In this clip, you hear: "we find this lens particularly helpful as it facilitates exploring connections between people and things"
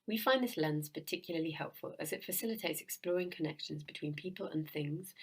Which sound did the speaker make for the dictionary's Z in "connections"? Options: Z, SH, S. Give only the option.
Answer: Z